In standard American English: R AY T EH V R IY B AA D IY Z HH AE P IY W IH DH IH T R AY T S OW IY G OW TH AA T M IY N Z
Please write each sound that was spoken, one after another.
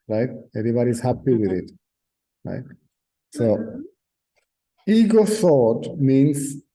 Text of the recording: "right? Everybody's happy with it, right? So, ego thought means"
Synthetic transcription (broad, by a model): R AY T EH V R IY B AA D IY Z HH AE P IY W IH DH IH T R AY T S OW IY G OW S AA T M IY N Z